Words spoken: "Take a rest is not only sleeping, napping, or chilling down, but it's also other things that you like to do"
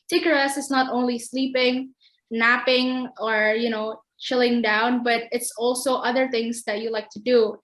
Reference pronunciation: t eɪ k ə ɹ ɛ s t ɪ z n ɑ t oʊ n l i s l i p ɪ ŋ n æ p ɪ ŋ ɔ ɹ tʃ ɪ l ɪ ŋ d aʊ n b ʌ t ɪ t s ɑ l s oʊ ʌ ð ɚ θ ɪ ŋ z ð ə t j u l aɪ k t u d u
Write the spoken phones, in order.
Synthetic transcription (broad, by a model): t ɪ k ə ɹ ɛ s ɪ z n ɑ t oʊ n l i s l i p ɪ ŋ n æ p ɪ ŋ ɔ ɹ tʃ ɪ l ɪ ŋ d aʊ n b ʌ t ɪ t s ɑ l s oʊ ʌ ð ɚ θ ɪ ŋ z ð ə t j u l aɪ k t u d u